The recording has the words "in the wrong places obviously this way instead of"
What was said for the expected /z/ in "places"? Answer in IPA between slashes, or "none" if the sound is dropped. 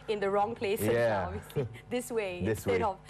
none